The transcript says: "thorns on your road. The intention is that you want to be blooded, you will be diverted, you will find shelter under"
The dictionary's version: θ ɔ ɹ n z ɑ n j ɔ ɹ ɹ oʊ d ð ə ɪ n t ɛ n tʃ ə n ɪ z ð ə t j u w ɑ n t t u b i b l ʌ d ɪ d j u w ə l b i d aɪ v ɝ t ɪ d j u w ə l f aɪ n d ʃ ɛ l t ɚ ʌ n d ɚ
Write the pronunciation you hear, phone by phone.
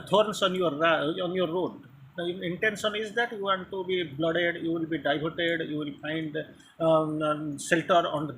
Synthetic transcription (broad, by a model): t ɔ ɹ n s ɑ n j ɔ ɹ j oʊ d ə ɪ n t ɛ n ʃ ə n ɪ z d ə t j u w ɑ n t t u b i b l ʌ d ɪ d j u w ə l b i d aɪ b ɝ t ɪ d j u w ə l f aɪ n d s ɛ l t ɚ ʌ n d